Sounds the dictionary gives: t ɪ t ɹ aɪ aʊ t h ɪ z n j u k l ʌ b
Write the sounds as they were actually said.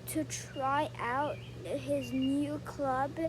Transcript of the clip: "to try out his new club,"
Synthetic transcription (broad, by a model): t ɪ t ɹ aɪ aʊ t h ɪ z n j u k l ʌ b